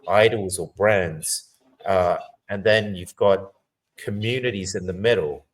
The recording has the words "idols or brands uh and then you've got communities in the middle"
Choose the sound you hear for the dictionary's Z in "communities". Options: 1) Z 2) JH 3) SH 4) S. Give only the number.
1